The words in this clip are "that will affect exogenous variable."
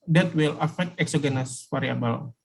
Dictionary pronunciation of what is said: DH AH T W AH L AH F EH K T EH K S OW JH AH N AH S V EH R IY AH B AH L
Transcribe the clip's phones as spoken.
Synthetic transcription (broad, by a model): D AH T W AH L AH F EH K T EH K S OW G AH N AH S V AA R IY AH B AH L